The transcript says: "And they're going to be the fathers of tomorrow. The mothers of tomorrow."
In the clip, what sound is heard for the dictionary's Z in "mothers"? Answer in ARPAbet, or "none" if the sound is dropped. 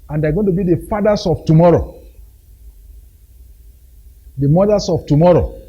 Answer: S